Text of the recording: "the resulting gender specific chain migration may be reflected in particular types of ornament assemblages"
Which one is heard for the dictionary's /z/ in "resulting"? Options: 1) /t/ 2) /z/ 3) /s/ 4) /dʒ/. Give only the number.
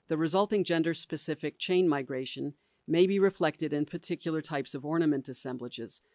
2